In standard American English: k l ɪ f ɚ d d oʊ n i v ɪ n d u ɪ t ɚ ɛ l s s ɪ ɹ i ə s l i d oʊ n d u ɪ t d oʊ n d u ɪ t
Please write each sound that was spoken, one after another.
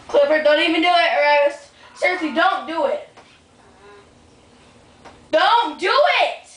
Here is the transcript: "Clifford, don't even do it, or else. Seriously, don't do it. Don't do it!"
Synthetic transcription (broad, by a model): k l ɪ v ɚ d d oʊ n i v ɪ n d u ɪ t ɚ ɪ w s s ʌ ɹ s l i d oʊ n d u ɪ t d oʊ n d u ɪ t